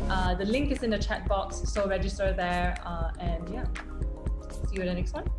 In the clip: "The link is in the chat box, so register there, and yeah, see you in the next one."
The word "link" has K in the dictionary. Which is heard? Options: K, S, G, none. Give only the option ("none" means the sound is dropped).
K